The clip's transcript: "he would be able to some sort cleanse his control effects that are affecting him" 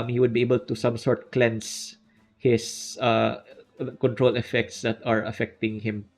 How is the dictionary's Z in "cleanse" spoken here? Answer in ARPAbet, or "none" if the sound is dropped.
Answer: S